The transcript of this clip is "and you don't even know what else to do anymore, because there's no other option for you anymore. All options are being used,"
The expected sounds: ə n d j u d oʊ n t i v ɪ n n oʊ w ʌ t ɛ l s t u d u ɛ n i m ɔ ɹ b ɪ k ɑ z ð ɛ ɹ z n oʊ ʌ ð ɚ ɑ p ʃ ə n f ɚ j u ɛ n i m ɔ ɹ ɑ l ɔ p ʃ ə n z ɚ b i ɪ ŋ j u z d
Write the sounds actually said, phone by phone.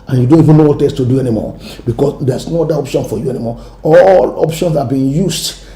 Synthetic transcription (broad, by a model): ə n j u d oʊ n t i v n n oʊ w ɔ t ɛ s t u d u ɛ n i m ɔ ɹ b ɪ k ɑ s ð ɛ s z n oʊ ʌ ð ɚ ɑ p ʃ ə n f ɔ j u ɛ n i m ɔ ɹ ɑ l ɔ p ʃ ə n s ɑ b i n j u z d